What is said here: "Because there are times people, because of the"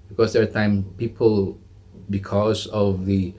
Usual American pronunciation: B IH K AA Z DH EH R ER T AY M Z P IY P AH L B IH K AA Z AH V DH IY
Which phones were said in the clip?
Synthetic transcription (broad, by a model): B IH K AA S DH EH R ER T AY M P IY P AH L B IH K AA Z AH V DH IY